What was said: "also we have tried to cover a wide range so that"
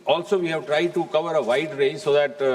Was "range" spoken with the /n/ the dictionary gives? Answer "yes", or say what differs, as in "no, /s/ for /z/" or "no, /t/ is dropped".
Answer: no, /n/ is dropped